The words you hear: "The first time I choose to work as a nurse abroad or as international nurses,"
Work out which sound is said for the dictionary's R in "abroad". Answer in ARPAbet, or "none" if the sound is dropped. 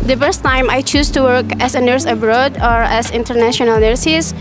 R